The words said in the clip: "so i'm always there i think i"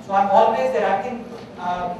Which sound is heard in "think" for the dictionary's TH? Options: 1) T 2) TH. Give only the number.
1